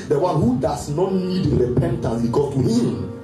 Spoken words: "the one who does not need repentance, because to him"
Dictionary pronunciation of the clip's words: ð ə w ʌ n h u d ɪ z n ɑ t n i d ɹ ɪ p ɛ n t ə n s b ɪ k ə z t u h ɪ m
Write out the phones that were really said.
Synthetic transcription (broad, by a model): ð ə w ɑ n h u d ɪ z n ɑ t n i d ɹ ɪ p ɛ n t ə n s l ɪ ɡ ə t u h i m